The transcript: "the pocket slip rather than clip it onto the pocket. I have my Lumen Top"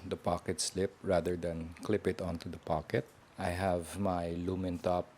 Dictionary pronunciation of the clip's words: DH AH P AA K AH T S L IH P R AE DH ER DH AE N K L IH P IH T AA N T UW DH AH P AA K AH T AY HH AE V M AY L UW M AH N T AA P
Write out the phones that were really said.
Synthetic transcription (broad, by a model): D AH P AA K AH T S L IH P R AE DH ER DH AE N K L IH P IH T AA N T UW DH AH P AA K AH T AY HH AE V M AY L UW M AH N T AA P